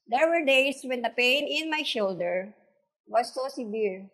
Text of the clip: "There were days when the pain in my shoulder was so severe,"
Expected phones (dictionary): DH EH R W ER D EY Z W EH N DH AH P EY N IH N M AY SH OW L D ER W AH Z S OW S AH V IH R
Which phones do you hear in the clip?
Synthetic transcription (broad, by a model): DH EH R W ER D EY S W EH N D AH P EY N IH N M AY SH OW L D ER W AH S OW S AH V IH R